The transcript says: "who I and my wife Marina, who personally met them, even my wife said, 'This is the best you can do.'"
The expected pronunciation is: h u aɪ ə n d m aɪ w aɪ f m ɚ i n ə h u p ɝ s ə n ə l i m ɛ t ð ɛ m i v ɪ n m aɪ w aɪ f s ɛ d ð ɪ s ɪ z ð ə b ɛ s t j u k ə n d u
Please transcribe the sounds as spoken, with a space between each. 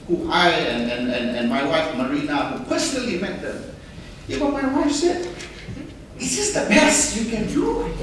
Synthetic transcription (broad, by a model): h u aɪ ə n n m aɪ w aɪ f m ɚ i n ə h u p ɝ s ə n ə l i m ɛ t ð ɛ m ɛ b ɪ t m aɪ w aɪ f s ɛ d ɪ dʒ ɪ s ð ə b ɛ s j u k ə n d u